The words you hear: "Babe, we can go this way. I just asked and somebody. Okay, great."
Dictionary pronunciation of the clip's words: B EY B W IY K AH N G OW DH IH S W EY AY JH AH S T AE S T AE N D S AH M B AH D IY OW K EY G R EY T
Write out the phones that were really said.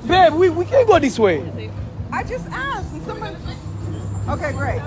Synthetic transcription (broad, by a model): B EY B W IY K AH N G OW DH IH S W EY AY JH AH S T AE S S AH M AH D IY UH K EY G R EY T